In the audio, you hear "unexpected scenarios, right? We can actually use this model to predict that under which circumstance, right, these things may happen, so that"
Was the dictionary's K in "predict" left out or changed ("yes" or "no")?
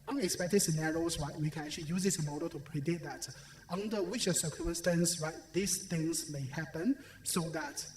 yes